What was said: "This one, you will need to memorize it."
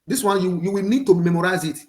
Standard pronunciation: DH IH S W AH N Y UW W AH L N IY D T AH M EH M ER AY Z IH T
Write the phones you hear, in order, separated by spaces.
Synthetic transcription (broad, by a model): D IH S W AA N Y UW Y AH W N IY D T AH M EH M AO AY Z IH T